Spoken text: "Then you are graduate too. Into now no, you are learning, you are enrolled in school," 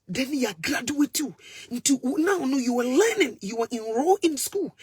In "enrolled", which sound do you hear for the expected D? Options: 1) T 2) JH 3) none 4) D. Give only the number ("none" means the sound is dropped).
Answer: 3